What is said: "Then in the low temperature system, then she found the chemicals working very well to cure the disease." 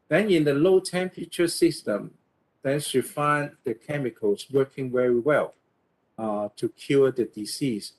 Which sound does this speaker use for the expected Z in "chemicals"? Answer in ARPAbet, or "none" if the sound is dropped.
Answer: S